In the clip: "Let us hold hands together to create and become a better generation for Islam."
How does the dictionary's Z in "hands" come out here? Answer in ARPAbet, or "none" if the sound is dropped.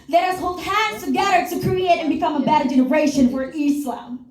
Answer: none